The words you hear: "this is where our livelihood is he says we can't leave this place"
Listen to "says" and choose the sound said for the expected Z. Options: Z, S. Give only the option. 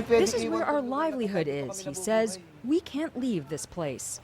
Z